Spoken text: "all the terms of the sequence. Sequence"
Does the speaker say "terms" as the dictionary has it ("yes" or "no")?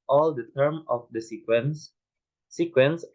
no